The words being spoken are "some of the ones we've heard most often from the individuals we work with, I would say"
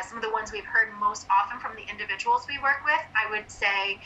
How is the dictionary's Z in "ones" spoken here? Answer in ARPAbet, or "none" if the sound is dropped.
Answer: Z